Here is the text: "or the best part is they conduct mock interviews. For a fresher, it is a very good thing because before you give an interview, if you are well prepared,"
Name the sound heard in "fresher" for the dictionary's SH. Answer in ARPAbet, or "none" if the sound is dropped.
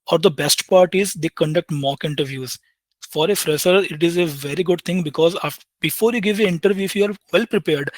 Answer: S